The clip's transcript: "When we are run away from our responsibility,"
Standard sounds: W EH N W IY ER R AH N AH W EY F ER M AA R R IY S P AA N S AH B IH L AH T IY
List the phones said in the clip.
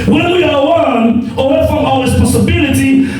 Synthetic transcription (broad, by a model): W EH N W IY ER W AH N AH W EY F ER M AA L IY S P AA S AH B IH L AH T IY